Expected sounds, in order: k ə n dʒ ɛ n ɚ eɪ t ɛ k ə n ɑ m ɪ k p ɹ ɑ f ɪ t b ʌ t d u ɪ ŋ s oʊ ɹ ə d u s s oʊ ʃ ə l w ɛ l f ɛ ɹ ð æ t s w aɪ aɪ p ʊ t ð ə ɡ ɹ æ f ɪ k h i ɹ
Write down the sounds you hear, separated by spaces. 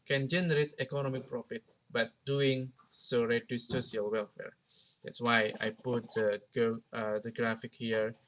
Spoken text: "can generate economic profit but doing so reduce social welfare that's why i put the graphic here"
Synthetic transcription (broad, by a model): k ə n dʒ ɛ n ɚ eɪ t ɛ k ə n ɑ m ɪ k p ɹ ɑ f ɪ t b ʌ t d u ɪ ŋ s oʊ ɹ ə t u s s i ə l w ɛ l f ɛ ɹ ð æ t s w aɪ aɪ p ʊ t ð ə ɡ ɹ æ f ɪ k h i ɹ